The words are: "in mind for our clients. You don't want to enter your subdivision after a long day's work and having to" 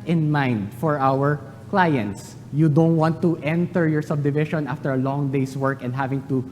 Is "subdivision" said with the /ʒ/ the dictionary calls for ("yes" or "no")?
no